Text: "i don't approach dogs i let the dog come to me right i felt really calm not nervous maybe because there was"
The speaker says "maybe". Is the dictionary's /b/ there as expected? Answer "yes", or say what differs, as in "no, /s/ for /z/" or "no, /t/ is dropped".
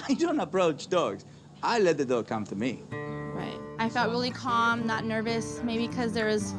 no, /b/ is dropped